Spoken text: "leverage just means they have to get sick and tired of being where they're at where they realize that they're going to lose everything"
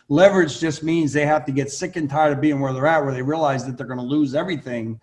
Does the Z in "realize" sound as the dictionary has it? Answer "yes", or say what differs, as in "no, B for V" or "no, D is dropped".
yes